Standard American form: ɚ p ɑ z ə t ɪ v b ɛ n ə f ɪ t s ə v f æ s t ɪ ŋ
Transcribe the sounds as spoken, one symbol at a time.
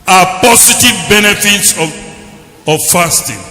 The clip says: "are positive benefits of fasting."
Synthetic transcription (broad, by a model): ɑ p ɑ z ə t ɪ v b ɛ n ə f ɪ t s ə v f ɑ s t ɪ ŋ